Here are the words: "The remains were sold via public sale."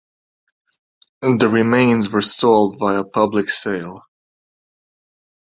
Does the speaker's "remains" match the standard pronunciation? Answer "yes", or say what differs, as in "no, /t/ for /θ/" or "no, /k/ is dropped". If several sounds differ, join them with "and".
yes